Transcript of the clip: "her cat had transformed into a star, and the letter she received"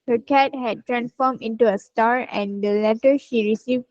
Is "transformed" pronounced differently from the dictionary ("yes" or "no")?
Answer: yes